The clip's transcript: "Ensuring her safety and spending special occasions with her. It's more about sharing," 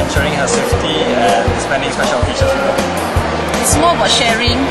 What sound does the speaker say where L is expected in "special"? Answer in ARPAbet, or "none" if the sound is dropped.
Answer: N